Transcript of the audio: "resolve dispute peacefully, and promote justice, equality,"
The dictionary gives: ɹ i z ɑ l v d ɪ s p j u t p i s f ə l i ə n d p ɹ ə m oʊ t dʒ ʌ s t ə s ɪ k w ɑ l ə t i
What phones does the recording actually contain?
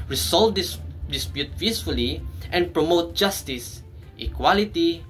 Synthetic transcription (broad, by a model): ɹ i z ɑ l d d ɪ s p j u t f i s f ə l i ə n p ɹ ə m oʊ t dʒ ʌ s t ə s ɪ k w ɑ l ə t i